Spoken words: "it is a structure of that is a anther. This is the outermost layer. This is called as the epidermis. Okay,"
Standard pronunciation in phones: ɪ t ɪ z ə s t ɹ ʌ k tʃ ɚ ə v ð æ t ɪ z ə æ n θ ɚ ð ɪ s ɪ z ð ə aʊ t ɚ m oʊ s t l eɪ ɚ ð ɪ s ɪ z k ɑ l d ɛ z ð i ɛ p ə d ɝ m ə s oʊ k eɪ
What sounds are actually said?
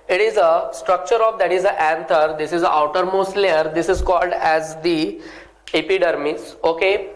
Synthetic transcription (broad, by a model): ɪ t ɪ z ə s t ɹ ʌ k tʃ ɚ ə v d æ t ɪ z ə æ n t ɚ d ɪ s ɪ z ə aʊ t ɚ m oʊ s t l eɪ ɚ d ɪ s ɪ z k ɑ l d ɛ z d i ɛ p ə d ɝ m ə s oʊ k eɪ